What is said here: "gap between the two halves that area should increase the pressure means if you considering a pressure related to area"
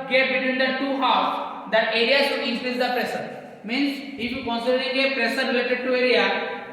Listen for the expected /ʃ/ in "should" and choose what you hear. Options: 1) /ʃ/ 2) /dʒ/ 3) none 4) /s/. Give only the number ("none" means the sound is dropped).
4